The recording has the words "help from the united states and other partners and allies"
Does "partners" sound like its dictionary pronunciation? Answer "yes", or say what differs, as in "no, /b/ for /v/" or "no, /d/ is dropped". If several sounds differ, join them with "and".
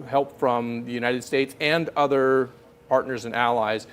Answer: yes